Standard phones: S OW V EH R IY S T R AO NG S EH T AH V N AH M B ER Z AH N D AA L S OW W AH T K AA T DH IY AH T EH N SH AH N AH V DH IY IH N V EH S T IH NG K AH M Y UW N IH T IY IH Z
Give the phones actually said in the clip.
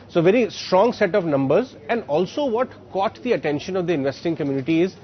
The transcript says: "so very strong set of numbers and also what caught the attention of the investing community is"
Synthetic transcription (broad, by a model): S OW V EH R IY S T R AO NG S EH T AH V N AH M B ER Z AH N D AA L S OW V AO T K AA T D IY AH T EH N SH AH N AH V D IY IH N V EH S T IH NG K AH M Y UW N IH T IY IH Z